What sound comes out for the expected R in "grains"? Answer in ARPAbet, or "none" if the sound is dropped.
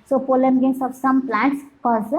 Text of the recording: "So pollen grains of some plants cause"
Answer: none